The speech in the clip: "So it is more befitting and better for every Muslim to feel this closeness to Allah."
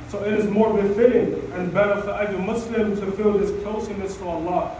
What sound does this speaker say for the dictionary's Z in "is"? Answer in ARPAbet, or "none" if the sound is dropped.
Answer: Z